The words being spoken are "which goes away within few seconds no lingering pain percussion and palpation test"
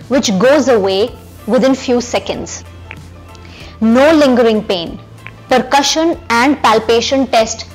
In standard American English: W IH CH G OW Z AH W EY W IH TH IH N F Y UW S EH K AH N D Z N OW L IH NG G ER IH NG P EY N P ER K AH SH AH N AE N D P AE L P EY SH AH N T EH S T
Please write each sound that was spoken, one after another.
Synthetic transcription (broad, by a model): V IH CH G OW Z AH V EY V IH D IH N F Y UW S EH K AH N D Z N OW L IH NG G ER IH NG P EY N P ER K AH SH AH N AE N D P AE L P EY SH AH N T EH S T